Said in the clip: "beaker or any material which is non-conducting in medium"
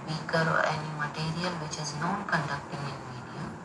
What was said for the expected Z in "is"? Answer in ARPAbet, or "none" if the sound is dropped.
Z